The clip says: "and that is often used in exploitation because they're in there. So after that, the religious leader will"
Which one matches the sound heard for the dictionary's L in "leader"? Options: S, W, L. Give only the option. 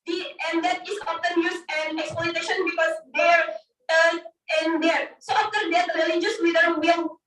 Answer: W